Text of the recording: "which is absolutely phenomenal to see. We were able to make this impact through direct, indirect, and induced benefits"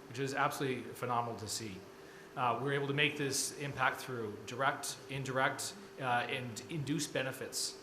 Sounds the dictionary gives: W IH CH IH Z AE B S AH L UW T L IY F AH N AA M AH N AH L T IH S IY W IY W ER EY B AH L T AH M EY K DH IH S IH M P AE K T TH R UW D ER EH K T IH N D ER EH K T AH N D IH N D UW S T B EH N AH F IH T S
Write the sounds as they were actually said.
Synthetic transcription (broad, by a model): W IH CH IH Z AE B S AH L UW T L IY F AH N AA M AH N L T IH S IY W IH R EY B L T AH M EY K DH IH S IH M P AE K T TH R UW D ER EH K T IH N D ER EH K T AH N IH N D UW S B EH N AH F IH T S